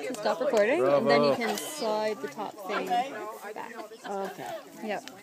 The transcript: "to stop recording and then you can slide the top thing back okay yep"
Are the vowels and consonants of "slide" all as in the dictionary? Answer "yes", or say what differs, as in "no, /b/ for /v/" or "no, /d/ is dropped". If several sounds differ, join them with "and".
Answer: yes